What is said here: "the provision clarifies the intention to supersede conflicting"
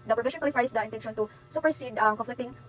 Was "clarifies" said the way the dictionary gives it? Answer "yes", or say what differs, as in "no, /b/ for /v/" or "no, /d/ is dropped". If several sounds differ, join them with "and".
no, /l/ is dropped and /l/ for /ɹ/